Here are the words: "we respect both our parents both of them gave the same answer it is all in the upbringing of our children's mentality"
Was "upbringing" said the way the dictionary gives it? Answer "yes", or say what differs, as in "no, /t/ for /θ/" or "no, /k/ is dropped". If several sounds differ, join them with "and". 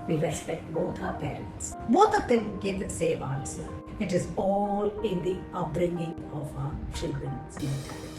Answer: yes